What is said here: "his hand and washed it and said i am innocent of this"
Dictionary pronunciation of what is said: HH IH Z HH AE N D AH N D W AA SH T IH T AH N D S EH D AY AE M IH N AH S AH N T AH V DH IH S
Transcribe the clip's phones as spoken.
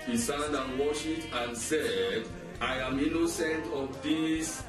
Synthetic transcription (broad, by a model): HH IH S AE N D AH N W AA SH IH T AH N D S EH D AY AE M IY N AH S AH N T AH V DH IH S